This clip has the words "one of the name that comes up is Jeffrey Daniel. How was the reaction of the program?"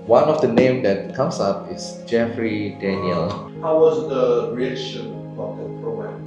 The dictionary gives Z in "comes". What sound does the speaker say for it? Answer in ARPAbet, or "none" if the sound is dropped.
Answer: S